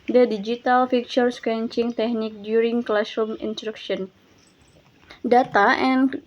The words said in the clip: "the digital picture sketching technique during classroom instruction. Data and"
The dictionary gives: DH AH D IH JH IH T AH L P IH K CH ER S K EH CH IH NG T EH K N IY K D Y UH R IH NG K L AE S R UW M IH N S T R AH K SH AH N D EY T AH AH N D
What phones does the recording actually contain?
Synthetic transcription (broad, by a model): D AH D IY JH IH T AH L F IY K CH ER S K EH CH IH NG T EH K N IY K D Y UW R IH NG K L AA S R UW M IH N S T R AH K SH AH N D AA T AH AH N